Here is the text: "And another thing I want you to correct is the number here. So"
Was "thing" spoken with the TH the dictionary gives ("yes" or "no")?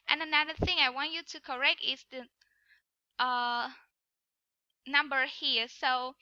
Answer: yes